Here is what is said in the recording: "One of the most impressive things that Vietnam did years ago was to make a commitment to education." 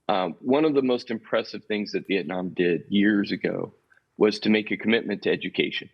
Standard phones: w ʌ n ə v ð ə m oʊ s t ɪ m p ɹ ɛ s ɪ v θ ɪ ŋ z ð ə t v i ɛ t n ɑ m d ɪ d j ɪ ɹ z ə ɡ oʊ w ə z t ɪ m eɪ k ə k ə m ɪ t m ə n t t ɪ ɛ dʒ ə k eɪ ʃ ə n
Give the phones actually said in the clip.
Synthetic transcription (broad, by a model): w ʌ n ə v ð ə m oʊ s t ɪ m p ɹ ɛ s ɪ v θ ɪ ŋ z ð ə t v i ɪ t n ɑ m d ɪ d j ɪ ɹ z ə ɡ oʊ w ə z t ɪ m eɪ k ə k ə m ɪ t m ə n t t ɪ ɛ dʒ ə k eɪ ʃ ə n